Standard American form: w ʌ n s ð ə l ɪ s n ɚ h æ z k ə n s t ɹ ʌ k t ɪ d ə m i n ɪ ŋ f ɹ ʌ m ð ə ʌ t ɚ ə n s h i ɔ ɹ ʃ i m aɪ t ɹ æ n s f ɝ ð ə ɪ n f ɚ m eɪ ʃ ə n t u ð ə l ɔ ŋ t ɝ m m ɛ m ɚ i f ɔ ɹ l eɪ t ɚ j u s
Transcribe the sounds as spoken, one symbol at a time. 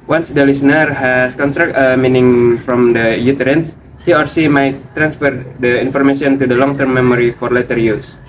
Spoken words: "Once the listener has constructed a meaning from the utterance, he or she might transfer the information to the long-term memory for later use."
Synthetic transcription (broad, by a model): w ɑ n s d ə l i s n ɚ h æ s k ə n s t ɹ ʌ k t ə m i n ɪ ŋ f ɹ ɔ m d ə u t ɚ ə n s h i ɔ ɹ s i m aɪ t ɹ æ n s f ɝ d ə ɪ n f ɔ m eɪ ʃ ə n t u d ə l ɔ ŋ t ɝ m m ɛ m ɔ i f ɔ ɹ l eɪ t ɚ j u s